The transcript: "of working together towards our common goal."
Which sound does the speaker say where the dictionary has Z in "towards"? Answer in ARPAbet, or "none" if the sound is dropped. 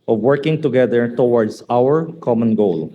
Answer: S